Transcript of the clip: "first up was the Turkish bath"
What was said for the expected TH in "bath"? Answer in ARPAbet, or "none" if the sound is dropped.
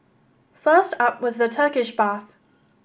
TH